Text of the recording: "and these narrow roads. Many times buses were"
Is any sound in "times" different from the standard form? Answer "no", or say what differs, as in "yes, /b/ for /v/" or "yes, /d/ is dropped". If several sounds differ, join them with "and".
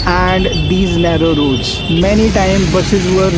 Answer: yes, /z/ is dropped